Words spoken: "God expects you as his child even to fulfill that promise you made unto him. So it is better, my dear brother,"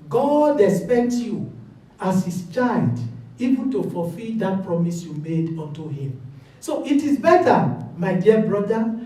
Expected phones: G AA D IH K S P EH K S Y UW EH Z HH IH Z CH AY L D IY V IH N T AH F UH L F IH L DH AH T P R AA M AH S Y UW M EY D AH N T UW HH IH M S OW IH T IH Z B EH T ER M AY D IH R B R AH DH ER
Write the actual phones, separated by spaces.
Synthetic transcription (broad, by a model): G AA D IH S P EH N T Y UW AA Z HH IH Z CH AY N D IY V IH N T AH F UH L F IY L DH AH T P R AA M AH S Y UW M EY D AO N T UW HH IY M S OW IH T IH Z B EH T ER M AY D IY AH B R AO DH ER